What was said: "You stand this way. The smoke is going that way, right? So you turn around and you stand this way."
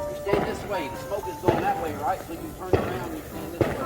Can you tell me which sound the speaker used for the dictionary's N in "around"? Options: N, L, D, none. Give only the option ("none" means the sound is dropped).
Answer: none